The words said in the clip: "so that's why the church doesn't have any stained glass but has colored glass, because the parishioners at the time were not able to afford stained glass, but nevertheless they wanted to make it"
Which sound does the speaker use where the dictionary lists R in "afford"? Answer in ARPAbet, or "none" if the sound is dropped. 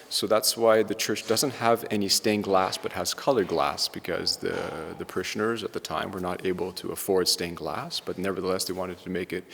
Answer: R